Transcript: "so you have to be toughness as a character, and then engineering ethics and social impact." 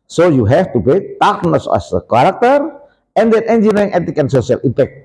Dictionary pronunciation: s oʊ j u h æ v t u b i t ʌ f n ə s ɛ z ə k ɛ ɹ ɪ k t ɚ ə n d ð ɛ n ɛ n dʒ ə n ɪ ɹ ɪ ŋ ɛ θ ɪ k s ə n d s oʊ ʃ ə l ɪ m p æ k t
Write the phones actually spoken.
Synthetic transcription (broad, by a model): s oʊ j u h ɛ f t u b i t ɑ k n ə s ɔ s ə k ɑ ɹ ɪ k t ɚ ə n d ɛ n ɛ n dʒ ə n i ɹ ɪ ŋ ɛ t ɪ k ə n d s oʊ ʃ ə l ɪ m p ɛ k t